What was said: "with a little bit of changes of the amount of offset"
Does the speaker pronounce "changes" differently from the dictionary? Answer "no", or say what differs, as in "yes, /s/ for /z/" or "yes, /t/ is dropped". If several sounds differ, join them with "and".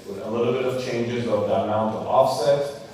no